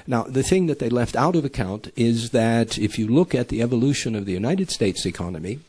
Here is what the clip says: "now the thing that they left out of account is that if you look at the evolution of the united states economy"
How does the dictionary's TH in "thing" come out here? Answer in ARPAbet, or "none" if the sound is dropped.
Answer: TH